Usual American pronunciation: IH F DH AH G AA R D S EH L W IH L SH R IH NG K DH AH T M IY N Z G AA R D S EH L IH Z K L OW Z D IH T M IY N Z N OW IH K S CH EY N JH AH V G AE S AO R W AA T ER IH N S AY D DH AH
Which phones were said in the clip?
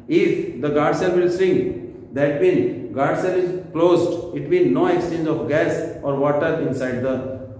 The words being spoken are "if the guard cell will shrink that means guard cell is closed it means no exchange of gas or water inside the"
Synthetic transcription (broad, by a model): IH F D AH G AA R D S EH L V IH L S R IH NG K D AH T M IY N G AA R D S EH L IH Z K L OW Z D IH T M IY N N OW IH K S CH EY N JH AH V G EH S AO R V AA T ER IH N S AY D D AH